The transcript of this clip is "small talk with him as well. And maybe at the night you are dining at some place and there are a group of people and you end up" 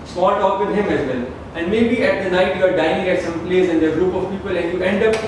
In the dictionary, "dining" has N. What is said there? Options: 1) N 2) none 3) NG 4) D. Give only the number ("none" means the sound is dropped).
2